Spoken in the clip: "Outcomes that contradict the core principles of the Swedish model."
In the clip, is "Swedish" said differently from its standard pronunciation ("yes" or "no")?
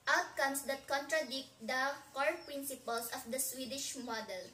no